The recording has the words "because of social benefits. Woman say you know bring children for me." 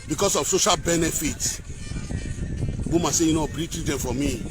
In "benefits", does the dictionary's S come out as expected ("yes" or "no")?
no